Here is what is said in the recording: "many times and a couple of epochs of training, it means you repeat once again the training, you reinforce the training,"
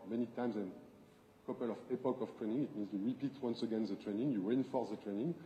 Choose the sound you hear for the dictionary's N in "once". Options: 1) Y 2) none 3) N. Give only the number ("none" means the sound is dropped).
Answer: 3